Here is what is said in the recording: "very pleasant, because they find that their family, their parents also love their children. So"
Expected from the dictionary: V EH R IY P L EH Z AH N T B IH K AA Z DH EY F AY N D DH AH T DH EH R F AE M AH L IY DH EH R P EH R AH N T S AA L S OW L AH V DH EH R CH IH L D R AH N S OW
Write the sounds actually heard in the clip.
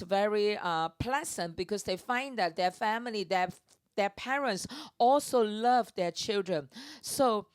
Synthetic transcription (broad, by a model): V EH R IY P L EH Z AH N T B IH K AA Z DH EY F AY N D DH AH T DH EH F AE M AH L IY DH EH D P EH R AH N T S AA L S OW L AH V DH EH CH IH L D R AH N S OW